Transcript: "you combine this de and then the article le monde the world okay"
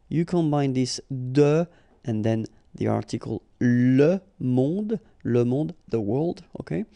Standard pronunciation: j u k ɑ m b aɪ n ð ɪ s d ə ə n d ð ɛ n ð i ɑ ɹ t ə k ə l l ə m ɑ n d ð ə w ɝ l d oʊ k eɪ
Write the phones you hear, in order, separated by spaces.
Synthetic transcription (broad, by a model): j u k ɑ m b aɪ n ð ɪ s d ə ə n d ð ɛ n ð i ɑ ɹ t ə k ə l l ə m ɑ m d ð ə w ɝ l d oʊ k eɪ